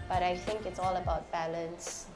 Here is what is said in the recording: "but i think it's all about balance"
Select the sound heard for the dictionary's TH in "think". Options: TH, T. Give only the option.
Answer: TH